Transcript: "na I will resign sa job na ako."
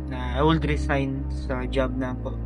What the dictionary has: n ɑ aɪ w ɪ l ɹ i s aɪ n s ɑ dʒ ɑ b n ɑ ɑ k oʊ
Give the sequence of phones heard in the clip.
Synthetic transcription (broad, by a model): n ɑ aɪ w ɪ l ɹ i s aɪ n s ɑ dʒ ɑ b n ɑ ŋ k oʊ